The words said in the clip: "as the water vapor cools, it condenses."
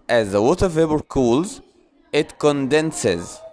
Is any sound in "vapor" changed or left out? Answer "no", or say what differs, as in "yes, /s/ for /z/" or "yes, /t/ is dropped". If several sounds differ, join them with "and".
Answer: yes, /b/ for /p/